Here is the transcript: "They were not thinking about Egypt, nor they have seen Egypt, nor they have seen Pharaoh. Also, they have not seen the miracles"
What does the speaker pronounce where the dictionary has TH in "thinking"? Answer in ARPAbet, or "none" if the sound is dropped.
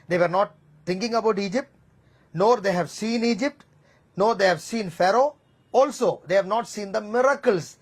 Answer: T